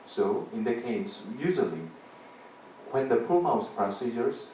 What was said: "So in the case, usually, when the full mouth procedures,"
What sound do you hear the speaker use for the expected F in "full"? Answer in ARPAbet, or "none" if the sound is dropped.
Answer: P